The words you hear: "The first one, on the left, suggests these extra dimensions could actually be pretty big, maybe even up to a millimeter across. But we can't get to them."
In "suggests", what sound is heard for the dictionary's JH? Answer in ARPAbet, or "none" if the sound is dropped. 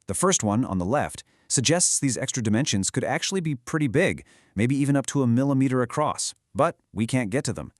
JH